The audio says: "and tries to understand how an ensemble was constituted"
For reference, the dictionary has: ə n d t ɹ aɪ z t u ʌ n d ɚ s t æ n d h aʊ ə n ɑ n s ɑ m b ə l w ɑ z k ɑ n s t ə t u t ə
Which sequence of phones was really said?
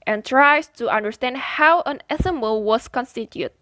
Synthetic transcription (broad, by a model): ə n t ɹ aɪ s t u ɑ n d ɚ s t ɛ n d h aʊ ə n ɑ s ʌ m ə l w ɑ s k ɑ n s t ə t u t